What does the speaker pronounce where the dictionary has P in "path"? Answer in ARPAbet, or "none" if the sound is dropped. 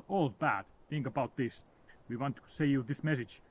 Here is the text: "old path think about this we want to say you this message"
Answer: B